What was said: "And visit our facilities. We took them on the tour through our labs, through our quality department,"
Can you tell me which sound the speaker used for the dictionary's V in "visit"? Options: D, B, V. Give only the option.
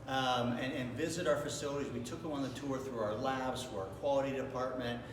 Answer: V